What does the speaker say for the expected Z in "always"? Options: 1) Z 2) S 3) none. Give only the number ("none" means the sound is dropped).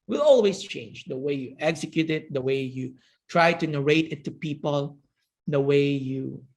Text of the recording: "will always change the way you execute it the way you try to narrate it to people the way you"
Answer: 2